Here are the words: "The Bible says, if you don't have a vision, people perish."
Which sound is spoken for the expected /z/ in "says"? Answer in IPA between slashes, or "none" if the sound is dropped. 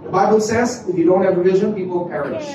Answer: /z/